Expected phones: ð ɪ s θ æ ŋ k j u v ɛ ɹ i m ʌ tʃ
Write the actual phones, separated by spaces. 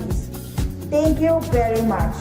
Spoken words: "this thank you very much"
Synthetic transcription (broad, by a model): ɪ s t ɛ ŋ k j u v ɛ ɹ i m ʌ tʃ